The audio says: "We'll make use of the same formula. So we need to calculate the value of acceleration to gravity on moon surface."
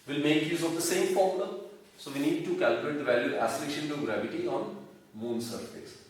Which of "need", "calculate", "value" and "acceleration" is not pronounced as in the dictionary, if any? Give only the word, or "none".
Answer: acceleration